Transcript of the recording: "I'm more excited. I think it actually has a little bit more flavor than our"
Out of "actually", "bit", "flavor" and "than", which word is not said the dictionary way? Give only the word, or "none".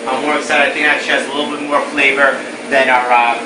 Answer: actually